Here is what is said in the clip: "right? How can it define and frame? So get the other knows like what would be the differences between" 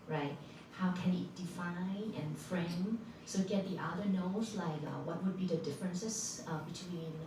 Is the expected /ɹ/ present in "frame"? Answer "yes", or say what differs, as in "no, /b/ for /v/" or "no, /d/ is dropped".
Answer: yes